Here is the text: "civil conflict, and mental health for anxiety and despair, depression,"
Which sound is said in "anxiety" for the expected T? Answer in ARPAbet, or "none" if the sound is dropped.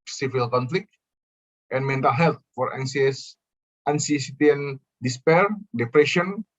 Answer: S